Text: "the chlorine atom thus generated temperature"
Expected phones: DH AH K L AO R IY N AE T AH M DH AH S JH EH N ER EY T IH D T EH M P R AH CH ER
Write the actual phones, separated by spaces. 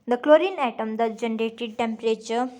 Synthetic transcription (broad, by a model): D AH K L AO R IY N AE T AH M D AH JH EH N ER EY T IH D T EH M P R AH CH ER